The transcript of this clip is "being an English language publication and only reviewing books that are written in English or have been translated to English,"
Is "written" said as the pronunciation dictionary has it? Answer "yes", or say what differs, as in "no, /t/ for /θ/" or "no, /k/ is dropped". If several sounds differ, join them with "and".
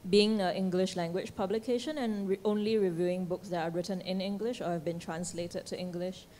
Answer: yes